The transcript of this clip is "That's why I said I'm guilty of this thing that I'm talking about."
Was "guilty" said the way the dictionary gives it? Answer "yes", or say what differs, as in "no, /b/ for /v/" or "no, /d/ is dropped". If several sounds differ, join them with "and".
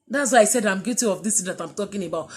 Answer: no, /l/ is dropped